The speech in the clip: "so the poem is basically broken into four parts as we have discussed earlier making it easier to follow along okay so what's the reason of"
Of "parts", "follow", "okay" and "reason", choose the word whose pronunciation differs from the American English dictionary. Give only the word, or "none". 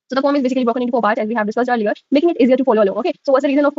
parts